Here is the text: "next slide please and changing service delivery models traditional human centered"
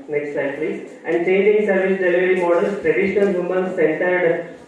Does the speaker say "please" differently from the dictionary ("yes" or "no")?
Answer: yes